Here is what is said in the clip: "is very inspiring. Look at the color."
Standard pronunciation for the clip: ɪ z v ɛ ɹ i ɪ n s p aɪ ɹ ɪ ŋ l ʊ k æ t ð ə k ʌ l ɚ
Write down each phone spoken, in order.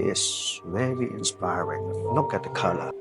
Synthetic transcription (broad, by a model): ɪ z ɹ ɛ l i ɪ n s p aɪ ɹ ɪ ŋ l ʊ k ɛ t ð ə k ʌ l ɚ